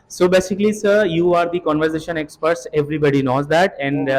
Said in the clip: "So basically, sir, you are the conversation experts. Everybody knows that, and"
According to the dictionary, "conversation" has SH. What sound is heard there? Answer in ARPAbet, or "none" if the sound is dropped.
SH